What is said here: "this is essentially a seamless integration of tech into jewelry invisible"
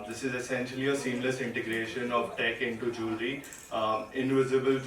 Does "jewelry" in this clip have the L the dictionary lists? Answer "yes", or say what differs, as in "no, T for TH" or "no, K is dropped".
no, L is dropped